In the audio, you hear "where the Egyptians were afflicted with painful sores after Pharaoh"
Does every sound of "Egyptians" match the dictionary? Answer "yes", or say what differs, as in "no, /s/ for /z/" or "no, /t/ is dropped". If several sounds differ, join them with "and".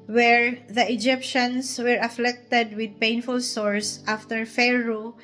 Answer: no, /s/ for /z/